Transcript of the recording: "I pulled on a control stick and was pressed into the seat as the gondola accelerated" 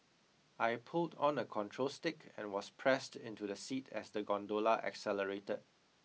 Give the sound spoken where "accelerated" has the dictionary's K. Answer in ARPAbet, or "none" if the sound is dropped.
K